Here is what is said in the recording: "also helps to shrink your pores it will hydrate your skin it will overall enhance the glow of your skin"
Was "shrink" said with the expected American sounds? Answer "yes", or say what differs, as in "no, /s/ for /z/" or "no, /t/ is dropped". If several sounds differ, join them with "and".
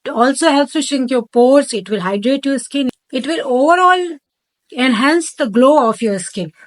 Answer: no, /ɹ/ is dropped